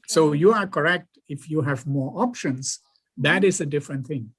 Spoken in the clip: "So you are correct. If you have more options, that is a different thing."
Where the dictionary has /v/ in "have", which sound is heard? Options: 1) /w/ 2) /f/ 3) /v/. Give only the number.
3